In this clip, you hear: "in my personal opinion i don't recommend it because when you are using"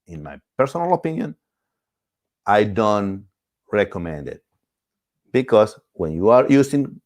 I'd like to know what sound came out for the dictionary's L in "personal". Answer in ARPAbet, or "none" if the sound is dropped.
L